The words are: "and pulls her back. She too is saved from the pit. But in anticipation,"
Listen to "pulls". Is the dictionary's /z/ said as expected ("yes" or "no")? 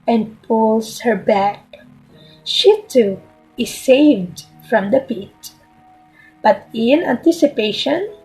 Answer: no